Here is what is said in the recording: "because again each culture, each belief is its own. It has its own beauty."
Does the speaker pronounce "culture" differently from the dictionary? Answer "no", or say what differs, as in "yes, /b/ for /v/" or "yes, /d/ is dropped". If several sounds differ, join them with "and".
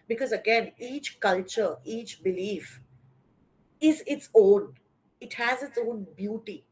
no